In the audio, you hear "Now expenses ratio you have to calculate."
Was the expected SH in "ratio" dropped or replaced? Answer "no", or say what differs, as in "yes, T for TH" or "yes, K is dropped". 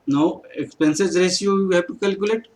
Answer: yes, S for SH